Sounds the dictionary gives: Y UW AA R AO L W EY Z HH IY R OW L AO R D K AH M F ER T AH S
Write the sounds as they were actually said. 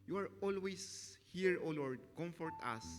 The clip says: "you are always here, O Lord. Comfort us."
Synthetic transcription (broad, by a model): Y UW AA R AO L W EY S HH IY R OW L AO R D K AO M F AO T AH S